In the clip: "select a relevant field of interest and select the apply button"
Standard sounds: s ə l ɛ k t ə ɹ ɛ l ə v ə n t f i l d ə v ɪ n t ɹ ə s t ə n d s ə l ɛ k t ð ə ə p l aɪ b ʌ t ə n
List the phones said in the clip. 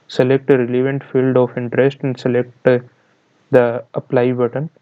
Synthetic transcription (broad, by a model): s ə l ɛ k t ə ɹ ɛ l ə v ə n t f i l d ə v ɪ n t ɹ ə s t ə n d s ə l ɛ k t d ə ə p l aɪ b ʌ t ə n